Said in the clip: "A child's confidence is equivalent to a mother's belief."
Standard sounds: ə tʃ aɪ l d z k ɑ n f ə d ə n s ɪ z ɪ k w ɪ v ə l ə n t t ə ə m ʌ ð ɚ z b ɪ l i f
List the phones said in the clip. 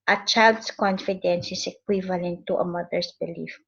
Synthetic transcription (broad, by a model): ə tʃ aɪ l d s k ɑ n f ə d ə n s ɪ s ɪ k w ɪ v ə l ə n t t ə ə m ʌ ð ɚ s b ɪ l i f